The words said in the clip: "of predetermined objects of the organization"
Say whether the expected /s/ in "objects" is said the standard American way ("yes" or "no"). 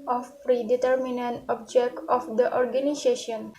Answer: no